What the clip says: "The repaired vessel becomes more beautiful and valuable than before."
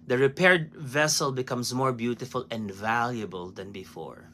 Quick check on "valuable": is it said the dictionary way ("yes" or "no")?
yes